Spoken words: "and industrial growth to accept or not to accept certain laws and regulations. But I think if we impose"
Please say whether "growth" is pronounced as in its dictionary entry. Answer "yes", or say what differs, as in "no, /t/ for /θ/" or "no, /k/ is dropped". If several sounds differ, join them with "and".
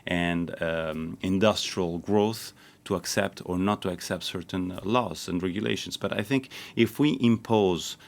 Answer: yes